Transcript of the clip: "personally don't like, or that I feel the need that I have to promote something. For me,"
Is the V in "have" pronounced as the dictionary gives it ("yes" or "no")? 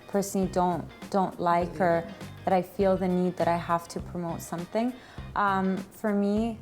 no